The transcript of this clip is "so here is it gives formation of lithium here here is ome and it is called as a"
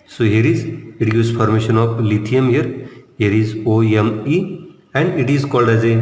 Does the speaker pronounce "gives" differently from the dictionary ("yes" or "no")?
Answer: yes